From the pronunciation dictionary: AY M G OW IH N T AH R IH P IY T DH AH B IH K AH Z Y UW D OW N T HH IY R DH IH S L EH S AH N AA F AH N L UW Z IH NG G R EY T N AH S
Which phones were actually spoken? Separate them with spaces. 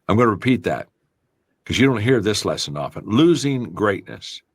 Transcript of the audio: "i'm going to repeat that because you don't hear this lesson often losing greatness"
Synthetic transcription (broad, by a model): AY M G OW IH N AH R IH P IY T DH AH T K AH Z Y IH D OW N T HH IY R DH IH S L EH S AH N AA F AH N L UW Z IH NG G R EY T N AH S